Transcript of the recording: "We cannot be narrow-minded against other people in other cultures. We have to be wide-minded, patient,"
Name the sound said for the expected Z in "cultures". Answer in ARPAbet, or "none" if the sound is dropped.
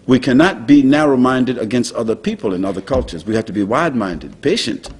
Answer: Z